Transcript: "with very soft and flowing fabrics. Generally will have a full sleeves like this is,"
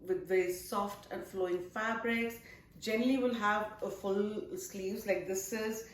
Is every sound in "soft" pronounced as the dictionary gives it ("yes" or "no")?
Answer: yes